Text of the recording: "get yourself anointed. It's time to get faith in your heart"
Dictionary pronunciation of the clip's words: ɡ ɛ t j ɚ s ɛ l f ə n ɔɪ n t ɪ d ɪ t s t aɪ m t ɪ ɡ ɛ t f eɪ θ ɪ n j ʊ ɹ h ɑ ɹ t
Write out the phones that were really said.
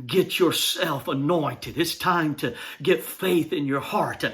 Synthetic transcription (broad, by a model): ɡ ɛ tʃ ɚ s ɛ l f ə n ɔɪ n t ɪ d ɪ t s t aɪ m t ɪ ɡ ɛ t f eɪ θ ɪ n j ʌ ɹ h ɑ ɹ t